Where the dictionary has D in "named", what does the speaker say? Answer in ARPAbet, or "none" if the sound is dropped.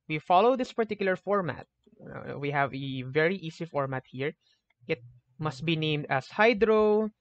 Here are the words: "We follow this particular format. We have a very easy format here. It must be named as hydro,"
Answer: D